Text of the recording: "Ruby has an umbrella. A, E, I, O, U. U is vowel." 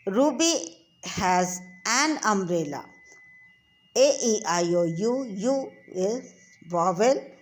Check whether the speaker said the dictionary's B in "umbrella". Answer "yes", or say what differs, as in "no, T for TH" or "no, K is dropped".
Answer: no, B is dropped